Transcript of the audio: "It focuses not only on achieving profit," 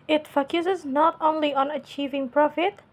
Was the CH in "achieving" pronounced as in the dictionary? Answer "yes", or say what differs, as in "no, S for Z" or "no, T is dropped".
yes